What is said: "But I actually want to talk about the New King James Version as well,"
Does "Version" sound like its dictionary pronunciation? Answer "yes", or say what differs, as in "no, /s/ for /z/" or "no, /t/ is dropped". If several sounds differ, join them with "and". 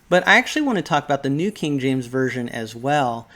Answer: yes